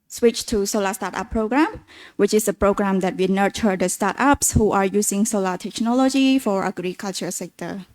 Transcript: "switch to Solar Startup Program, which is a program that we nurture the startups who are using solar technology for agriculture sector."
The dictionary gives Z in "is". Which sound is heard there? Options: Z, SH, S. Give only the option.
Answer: S